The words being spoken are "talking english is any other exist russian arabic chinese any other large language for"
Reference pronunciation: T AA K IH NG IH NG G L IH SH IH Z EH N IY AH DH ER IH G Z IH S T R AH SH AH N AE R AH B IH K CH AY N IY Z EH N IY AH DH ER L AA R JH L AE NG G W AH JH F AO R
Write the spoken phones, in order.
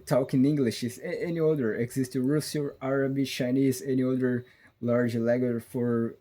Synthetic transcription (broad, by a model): T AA K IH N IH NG G L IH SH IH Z EH N IY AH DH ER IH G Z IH S T R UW S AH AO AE R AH B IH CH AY N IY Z EH N IY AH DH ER L AA R JH L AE G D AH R F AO R